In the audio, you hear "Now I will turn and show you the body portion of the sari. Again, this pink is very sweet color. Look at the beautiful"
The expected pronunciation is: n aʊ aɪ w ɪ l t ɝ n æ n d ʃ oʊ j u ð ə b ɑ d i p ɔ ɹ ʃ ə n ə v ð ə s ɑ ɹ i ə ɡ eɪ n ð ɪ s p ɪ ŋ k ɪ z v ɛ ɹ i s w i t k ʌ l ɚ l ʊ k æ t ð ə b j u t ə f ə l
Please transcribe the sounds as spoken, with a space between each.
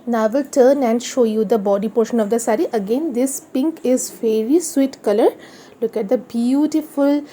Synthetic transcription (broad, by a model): n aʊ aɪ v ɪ l t ɝ n æ n d ʃ oʊ j u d ə b ɑ d i p ɔ ɹ ʃ ə n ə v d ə s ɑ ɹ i ə ɡ eɪ n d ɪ s p ɪ ŋ k ɪ z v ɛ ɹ i s w i t k ʌ l ɚ l ʊ k æ t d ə b j u t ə f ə l